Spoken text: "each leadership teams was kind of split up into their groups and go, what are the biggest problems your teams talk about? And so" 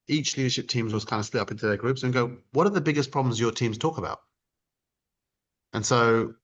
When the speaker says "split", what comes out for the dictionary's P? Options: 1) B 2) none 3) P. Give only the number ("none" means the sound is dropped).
2